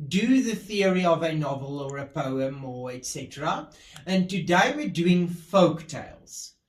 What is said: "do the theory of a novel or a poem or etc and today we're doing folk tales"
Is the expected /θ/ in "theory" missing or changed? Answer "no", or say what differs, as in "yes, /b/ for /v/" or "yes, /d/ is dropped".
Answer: no